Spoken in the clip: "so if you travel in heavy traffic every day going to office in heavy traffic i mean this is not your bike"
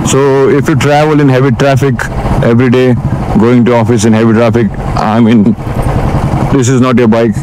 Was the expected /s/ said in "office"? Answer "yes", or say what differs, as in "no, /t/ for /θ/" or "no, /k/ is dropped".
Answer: yes